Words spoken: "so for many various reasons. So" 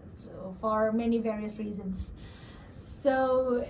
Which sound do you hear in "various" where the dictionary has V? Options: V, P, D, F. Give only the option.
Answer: V